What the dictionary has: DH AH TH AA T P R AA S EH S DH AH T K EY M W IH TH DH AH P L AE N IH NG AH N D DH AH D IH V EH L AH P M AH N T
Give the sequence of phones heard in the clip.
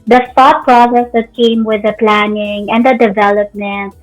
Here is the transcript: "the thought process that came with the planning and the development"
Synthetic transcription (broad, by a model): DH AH F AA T P R AA S EH S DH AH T K EY M W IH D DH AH P L AE N IH NG AH N D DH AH D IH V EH L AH P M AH N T